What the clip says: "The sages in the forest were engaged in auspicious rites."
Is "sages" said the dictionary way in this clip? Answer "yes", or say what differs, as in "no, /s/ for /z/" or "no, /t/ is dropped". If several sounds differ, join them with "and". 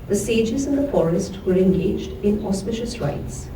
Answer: yes